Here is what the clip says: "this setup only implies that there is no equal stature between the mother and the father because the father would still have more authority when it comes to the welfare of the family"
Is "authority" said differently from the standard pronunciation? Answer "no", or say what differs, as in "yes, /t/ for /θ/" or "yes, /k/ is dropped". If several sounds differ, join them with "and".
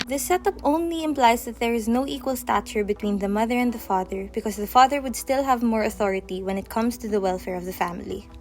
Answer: no